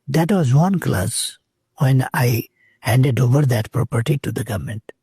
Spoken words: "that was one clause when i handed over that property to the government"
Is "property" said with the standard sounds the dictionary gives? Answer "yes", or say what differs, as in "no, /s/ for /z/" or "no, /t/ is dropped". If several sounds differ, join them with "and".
yes